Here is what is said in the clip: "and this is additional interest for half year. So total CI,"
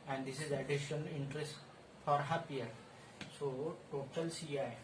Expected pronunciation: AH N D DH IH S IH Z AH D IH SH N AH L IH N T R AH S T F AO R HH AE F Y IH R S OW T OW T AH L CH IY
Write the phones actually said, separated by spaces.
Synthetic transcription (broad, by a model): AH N D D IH S IH Z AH D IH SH AH N IH N T R AH S T F AO R HH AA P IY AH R S OW T OW T AH L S IY